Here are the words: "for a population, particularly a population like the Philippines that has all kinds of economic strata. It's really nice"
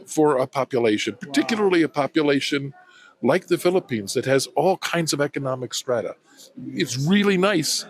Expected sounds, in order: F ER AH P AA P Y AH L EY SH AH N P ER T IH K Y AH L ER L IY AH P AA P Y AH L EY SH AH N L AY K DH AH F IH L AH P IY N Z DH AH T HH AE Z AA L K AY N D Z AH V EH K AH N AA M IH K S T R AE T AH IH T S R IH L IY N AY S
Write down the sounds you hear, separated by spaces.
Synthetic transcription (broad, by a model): F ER AH P AA P Y AH L EY SH AH N P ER T IH K Y L ER L IY AH P AA P Y AH L EY SH AH N L AY K DH AH F IH L AH P IY N Z DH AH T HH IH Z AA L K AY N D Z AH V EH K AH N AA M IH K S T R AE T AH IH T S R IH L IY N AY S